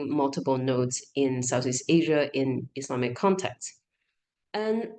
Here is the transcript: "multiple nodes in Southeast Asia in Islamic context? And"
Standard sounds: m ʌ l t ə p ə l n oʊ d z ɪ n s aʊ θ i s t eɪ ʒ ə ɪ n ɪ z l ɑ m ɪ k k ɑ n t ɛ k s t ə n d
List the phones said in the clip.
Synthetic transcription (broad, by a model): m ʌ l t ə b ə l n oʊ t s ɪ n s aʊ θ i s t eɪ ʒ ə ɪ n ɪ s l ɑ m ɪ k k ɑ n t ɛ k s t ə n